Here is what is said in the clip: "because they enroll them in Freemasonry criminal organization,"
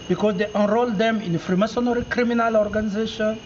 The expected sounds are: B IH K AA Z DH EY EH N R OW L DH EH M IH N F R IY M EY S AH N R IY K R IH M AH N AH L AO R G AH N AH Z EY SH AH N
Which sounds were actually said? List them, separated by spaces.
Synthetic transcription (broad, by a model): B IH K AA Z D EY EH N R OW L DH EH M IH N F R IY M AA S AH N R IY K R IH M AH N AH L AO R G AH N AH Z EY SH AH N